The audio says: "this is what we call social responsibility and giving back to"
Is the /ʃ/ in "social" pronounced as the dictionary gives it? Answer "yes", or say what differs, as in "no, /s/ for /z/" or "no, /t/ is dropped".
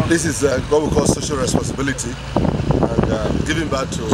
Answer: yes